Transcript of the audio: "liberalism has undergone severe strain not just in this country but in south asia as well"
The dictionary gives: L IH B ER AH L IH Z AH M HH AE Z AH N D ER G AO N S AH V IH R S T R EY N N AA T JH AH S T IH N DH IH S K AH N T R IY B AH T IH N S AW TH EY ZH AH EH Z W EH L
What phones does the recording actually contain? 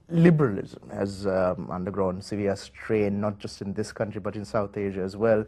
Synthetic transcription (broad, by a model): L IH B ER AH L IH Z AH M HH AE Z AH N D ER G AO N S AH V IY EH S T R EY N N AA T JH AH S T IH N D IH S K AH N T R IY B AH T IH N S AW T EY ZH AH EH Z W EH L